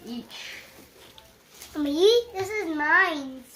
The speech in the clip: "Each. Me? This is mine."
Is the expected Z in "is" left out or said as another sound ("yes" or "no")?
no